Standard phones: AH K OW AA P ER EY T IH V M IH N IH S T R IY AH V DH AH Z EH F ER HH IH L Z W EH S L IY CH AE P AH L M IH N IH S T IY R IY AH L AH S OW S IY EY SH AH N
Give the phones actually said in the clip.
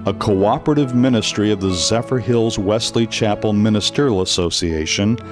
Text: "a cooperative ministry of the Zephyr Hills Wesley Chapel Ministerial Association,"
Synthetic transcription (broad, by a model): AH K OW AA P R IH T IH V M IH N IH S T R IY AH V DH AH Z EH F ER HH IH L Z W EH S L IY CH AE P L M IH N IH S T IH R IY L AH S OW S IY EY SH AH N